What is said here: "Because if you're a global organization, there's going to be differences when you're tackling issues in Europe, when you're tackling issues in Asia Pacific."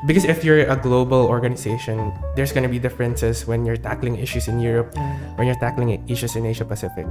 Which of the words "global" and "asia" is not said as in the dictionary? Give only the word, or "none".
asia